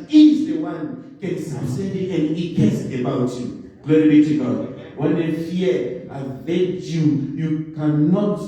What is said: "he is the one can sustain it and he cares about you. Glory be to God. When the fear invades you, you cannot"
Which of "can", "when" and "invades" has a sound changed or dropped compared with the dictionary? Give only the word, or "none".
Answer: invades